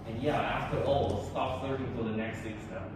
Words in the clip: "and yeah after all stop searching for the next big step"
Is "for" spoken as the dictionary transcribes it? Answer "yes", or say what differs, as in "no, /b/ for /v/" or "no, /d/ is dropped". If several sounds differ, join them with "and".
no, /l/ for /ɹ/